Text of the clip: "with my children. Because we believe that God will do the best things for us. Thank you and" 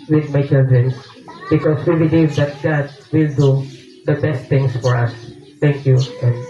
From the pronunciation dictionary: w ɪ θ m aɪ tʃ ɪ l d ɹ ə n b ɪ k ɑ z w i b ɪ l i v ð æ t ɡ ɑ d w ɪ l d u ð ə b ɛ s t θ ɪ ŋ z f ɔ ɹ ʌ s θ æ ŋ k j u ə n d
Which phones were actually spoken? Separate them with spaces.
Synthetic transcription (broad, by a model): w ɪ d m aɪ tʃ ɪ l d ɹ ə n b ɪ k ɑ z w i b ɪ l i v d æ t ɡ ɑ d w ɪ l d u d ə b ɛ s t t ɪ ŋ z f ɔ ɹ ʌ s t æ ŋ k j u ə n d